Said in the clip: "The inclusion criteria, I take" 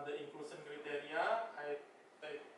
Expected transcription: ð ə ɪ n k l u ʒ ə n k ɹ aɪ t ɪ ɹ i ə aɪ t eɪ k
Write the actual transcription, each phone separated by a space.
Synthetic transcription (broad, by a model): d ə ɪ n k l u s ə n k ɹ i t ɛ ɹ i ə aɪ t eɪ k